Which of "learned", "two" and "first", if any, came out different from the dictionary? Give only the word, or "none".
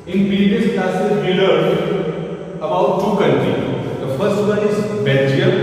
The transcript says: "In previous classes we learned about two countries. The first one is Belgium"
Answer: learned